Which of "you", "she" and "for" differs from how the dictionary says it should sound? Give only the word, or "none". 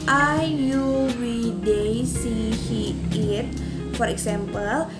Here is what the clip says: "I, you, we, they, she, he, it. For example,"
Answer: she